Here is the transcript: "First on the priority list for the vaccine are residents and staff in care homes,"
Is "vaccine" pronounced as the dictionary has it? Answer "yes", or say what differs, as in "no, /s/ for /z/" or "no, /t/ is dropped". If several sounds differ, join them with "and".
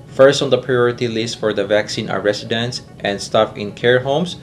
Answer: yes